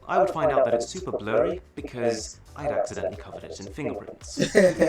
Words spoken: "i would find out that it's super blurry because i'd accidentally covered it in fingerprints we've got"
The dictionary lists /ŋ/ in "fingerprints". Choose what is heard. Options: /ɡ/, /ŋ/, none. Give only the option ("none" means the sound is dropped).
/ŋ/